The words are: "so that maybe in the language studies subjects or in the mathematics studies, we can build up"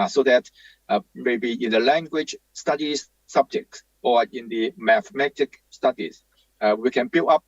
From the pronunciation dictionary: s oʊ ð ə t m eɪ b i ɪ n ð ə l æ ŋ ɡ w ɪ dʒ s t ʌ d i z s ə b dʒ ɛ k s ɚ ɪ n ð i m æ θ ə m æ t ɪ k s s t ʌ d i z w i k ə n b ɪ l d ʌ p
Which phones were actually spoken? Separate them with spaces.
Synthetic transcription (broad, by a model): s oʊ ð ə t m eɪ b i ɪ n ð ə l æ ŋ ɡ w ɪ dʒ s t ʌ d i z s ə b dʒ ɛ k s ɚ ɪ n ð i m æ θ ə m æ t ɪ k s s t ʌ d i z w i k ə n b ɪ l ʌ p